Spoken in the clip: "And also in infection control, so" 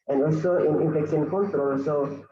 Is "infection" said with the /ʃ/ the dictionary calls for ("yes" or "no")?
no